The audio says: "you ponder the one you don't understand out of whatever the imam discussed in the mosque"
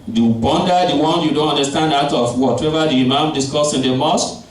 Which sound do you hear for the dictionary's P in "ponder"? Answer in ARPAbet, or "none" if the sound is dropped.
B